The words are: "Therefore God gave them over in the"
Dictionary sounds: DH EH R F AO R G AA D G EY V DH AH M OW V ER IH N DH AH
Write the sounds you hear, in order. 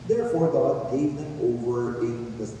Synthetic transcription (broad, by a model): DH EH R F AO R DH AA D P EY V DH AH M OW V ER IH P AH